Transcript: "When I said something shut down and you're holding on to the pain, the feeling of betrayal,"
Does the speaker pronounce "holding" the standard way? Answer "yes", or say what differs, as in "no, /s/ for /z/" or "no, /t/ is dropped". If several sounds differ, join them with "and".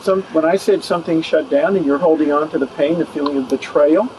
yes